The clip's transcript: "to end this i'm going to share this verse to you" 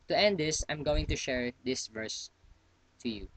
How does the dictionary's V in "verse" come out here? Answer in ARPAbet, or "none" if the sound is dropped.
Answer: V